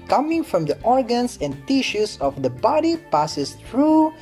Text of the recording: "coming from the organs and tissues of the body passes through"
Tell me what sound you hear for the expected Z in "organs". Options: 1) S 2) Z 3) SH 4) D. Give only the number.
1